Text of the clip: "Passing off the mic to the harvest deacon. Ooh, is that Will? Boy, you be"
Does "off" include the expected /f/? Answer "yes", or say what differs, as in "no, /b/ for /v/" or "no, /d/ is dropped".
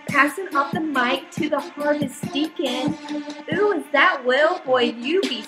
no, /p/ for /f/